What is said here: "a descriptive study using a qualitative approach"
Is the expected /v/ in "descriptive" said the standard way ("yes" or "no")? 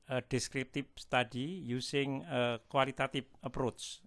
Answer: no